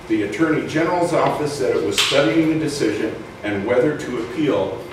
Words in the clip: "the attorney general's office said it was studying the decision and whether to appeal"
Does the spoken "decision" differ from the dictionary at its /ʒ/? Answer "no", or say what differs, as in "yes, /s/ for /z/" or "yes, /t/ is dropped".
no